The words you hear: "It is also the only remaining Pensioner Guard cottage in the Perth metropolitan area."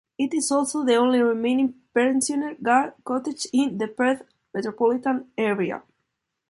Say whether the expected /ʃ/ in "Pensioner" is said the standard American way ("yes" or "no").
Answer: no